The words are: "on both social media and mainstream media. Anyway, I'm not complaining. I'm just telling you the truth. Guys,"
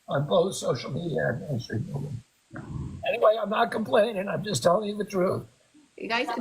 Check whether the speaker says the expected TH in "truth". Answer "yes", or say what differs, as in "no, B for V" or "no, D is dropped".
yes